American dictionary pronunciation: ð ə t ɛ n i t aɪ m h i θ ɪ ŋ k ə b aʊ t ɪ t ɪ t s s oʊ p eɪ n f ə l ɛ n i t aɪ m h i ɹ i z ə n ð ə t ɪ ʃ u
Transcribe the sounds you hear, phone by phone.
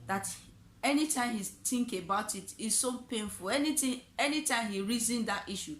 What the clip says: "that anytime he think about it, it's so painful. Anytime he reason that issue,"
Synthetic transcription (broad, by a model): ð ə t ɛ n i t aɪ m h i t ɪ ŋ k ə b aʊ t ɪ t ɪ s s oʊ p eɪ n f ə l ɛ n i t aɪ m h i ɹ i z ə n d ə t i ʃ u